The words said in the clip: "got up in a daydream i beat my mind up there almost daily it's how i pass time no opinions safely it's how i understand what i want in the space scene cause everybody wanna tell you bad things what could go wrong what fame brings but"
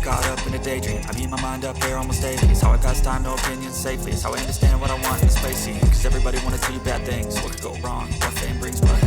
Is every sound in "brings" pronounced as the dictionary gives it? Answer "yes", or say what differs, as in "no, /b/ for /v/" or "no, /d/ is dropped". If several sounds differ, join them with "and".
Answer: no, /ŋ/ is dropped